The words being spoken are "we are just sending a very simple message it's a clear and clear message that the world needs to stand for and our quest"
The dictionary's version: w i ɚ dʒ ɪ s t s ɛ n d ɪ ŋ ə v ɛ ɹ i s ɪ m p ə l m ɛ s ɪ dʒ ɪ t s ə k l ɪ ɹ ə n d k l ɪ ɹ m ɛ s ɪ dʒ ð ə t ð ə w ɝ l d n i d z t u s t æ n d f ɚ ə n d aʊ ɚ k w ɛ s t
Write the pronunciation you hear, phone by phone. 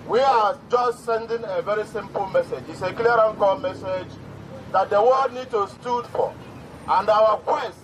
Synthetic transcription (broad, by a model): w i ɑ dʒ ɪ s t s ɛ n d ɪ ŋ ə v ɛ ɹ i s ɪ m p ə l m ɛ s ɪ dʒ ɪ t s ə k l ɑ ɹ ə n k ɔ m ɛ s ɪ dʒ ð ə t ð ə w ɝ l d n i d t u s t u d f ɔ ə n d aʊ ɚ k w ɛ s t